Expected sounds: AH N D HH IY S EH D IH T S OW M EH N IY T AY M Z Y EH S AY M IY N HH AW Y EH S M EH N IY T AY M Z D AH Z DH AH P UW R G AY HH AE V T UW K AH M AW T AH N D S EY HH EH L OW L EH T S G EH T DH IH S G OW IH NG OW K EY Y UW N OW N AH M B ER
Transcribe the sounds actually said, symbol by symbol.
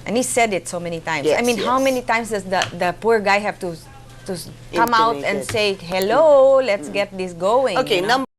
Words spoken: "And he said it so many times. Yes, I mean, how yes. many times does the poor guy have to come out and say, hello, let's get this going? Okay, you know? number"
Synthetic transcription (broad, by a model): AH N HH IY S EH D IH T S OW M EH N IY T AY M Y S AY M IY N HH AW M EH N IY T AY M S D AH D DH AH P UW R G AY HH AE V T UW K AH M AW T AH N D S EY HH EH L OW L EH T S G EH T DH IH S G OW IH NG OW K EY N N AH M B